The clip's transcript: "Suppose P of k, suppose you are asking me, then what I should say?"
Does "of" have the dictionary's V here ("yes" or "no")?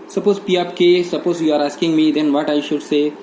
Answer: no